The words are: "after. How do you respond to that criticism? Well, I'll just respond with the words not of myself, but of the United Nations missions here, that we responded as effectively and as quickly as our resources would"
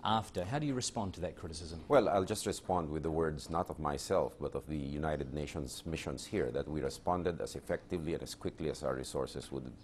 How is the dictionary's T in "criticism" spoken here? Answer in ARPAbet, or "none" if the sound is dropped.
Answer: T